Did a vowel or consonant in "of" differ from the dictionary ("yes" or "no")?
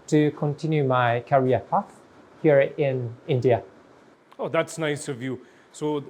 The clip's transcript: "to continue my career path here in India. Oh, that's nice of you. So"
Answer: no